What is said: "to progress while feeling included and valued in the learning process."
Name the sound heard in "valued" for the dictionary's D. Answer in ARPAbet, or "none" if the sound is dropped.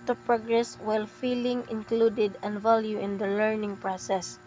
none